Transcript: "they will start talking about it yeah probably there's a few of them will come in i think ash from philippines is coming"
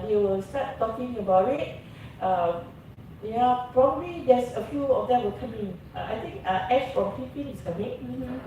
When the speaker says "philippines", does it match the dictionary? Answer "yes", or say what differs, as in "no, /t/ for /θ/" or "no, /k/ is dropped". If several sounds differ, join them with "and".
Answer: no, /z/ is dropped